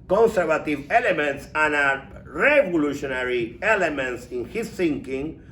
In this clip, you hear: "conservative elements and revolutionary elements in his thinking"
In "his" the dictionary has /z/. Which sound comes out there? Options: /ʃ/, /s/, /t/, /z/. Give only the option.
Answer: /s/